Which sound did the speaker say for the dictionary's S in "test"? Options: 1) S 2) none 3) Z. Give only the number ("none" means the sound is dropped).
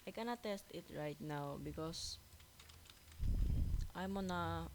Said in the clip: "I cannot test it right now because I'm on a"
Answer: 1